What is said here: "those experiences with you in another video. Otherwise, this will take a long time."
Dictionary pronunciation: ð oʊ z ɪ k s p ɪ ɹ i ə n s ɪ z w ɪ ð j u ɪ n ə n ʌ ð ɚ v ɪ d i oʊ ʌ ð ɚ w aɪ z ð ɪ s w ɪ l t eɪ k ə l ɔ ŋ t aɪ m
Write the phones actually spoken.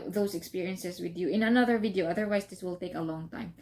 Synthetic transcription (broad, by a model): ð oʊ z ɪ k s p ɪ ɹ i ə n s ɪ s w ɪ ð j u ɪ n ə n ʌ ð ɚ v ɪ d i oʊ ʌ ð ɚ w aɪ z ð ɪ s w ɪ l t eɪ k ə l ɔ ŋ t aɪ m